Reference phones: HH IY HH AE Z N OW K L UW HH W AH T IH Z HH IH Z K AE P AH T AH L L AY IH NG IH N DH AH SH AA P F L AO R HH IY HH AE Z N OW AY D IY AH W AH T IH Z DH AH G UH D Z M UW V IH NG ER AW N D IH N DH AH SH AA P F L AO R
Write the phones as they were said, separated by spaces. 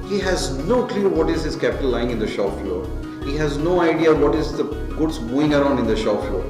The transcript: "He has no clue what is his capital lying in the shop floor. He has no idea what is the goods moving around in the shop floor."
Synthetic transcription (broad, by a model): HH IY HH AE Z N OW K L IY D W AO T IH Z HH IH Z K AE P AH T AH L L AY IH NG IH N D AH SH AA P F L AO R HH IY HH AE Z N OW AY D IY AH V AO T IH Z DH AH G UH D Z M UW IH NG ER AW N D IH N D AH SH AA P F L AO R